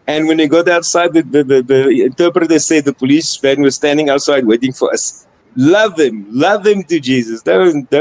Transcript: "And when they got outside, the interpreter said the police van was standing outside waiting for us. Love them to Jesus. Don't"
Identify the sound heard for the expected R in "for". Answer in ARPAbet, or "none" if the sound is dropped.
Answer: L